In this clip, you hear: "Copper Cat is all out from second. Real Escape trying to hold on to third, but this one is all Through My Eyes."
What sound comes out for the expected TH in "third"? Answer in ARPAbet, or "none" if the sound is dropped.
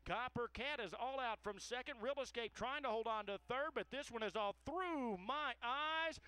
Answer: TH